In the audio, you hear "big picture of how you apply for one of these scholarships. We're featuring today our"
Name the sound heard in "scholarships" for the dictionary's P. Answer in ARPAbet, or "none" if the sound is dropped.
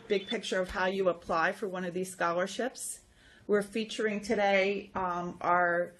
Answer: P